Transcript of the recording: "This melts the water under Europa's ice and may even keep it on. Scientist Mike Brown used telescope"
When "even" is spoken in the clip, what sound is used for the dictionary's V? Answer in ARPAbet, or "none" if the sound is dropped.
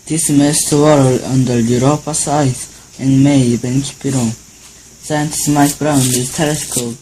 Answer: B